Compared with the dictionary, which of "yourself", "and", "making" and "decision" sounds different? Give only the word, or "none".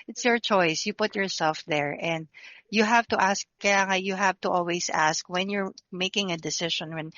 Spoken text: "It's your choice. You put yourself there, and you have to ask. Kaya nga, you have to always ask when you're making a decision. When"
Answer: decision